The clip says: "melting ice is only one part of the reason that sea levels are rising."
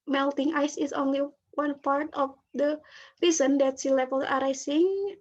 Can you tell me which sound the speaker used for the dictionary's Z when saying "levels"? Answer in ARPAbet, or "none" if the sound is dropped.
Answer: none